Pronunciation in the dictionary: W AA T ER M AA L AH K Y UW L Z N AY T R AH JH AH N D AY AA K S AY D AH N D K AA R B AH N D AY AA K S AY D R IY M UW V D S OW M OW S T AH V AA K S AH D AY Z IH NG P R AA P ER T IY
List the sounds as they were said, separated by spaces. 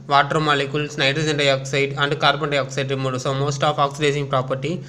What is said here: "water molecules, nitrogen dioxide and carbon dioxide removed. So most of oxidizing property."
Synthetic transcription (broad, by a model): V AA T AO M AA L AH K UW L S N AY T R AH JH AH N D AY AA K S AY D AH N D K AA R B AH N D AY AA K S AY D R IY M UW D S OW M OW S T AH P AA K S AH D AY S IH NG P R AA P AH T IY